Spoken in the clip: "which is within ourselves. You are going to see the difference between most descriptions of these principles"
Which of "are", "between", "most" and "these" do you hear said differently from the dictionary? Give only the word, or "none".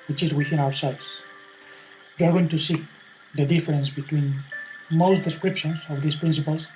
these